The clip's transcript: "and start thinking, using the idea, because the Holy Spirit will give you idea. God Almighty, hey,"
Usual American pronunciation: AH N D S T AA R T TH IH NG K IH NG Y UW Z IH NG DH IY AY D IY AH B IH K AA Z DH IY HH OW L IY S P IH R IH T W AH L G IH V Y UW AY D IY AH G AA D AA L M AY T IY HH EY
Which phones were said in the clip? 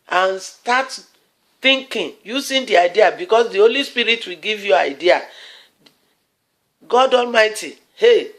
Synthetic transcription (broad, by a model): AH N S T AA T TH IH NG K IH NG Y UW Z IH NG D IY AY D IY AH B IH K AA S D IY HH OW L IY S P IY R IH T W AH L G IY V Y UW AY D IY AH G AA D AA L M AY T IY HH EY